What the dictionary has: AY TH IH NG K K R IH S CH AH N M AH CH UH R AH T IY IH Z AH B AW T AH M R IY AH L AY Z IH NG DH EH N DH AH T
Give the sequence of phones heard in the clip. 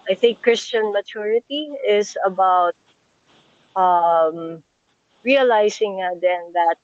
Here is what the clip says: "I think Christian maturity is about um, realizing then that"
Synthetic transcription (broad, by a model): AY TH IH NG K K R IH S CH AH N M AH CH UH R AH T IY IH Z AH B AW T AH M R IY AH L AY S IH NG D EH N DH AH T